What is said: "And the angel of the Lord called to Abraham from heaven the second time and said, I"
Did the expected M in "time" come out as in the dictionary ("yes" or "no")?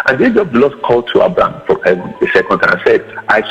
no